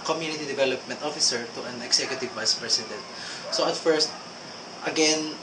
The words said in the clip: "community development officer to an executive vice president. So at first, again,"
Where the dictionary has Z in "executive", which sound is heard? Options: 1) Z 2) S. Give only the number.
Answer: 2